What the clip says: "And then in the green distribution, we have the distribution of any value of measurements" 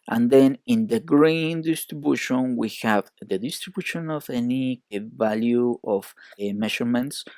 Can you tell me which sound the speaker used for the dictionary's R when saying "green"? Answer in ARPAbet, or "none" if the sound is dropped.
R